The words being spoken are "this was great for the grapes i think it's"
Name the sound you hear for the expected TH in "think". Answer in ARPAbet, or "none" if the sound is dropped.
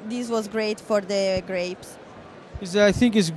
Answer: TH